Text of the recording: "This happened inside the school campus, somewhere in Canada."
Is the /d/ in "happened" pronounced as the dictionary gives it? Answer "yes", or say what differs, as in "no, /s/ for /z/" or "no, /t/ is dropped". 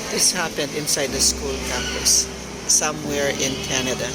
yes